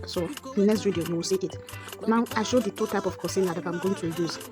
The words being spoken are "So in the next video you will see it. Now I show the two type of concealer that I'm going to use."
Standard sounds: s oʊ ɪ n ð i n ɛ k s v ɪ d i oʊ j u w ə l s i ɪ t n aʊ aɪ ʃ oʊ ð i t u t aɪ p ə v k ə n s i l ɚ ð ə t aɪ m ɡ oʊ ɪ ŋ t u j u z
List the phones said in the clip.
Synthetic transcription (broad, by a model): s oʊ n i n ɛ k s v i d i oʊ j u w ə l s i ɪ t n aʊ aɪ ʃ oʊ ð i t u t aɪ p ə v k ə s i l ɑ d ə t aɪ m ɡ oʊ ɪ ŋ t u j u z